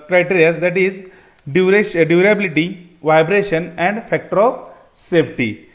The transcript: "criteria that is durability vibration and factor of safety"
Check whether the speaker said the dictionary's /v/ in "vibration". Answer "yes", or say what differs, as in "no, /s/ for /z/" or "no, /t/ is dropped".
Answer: yes